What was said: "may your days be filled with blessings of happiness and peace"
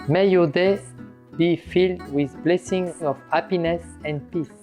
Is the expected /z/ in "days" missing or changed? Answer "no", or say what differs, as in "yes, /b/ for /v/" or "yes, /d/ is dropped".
yes, /z/ is dropped